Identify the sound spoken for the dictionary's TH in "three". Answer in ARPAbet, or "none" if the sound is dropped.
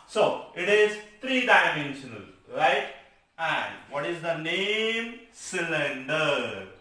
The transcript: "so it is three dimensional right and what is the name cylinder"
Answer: T